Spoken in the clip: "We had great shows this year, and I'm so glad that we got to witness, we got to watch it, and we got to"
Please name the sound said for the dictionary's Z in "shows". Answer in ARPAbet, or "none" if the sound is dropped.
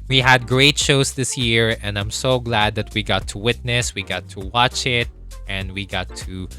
S